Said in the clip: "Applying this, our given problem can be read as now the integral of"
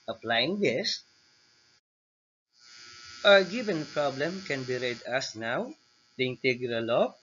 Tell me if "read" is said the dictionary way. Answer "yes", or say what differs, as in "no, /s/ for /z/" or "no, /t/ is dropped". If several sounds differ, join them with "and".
yes